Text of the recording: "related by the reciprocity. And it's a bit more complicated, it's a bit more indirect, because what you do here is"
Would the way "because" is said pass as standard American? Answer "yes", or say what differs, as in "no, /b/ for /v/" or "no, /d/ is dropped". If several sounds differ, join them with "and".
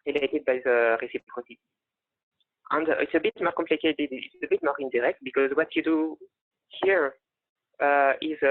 yes